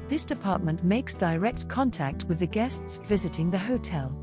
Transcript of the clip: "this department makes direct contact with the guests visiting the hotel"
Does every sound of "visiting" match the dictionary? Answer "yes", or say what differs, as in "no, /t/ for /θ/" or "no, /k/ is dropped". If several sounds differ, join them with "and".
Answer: yes